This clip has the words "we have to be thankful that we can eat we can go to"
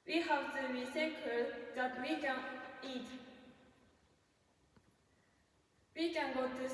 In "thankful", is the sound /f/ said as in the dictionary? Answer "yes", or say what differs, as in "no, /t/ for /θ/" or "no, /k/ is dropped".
no, /f/ is dropped